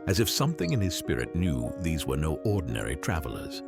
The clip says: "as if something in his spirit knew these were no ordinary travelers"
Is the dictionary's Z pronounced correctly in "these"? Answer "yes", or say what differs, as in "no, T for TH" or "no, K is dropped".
yes